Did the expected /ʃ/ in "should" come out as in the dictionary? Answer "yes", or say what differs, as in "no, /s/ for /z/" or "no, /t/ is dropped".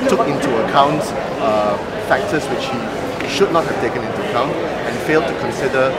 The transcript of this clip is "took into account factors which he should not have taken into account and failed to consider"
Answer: yes